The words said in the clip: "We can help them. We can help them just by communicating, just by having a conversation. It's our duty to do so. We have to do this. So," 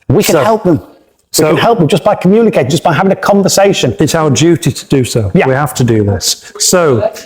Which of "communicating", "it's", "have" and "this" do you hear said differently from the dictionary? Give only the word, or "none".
have